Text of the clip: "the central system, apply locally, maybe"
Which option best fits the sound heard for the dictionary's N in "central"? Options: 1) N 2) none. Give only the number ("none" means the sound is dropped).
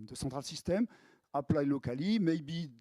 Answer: 2